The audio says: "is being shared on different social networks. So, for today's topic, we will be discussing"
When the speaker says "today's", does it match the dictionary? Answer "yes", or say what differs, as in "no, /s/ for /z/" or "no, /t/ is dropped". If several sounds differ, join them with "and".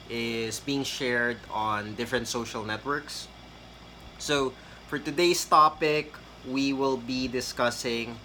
no, /s/ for /z/